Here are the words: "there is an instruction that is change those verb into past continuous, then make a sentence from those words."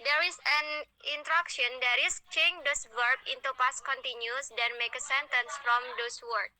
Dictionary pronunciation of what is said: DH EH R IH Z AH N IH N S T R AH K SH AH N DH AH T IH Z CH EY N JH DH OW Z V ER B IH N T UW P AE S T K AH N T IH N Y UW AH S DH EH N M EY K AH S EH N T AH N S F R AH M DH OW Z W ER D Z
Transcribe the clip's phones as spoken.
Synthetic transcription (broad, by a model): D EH R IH S AH N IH N T R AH K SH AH N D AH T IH S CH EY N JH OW S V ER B IH N T UW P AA S K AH N T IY N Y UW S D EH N M EY K AH S EH N T AH N S F R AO M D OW S W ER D